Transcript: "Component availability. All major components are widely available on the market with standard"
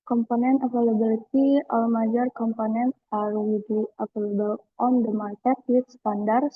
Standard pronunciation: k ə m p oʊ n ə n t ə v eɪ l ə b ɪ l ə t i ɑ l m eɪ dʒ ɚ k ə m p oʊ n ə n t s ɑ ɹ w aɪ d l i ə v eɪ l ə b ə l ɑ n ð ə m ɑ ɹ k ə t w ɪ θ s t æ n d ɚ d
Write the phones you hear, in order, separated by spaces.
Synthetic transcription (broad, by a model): k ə m p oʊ n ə n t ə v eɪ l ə b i l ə t i ɑ l m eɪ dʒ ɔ k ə m p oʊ n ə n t ɑ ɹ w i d i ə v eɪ l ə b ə l ɑ n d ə m ɑ ɹ k ə t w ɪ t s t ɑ n d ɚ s